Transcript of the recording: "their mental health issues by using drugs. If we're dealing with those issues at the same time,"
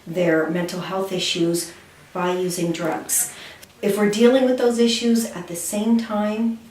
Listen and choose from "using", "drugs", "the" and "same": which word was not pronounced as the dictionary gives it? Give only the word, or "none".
none